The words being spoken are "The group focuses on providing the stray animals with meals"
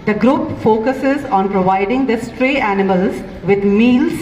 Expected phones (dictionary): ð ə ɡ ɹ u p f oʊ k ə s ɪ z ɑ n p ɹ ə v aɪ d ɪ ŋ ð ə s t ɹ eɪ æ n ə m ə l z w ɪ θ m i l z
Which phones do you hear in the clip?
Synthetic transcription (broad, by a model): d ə ɡ ɹ u p f oʊ k ə s ɪ z ɑ n p ɹ ə v aɪ d ɪ ŋ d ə s t ɹ eɪ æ n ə m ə l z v ɪ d m i l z